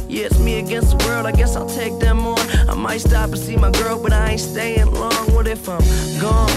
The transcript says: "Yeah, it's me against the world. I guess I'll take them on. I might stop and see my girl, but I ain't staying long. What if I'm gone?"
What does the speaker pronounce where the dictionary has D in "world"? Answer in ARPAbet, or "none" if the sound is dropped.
D